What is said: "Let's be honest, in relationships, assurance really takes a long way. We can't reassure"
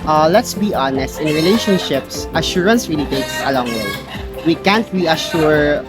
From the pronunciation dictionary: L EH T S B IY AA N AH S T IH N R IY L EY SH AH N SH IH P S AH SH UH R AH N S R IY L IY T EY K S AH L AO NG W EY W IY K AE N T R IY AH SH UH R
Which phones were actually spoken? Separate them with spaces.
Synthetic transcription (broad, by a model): L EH T S B IY AA N AH S T IH N R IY L EY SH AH N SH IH P S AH SH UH R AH N S R IY L IY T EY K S AH L AO NG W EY W IY K AE N T R IY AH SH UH R